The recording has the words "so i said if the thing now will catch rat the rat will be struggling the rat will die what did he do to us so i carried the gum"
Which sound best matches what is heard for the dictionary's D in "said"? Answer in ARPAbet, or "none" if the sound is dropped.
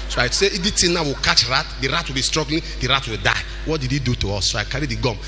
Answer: none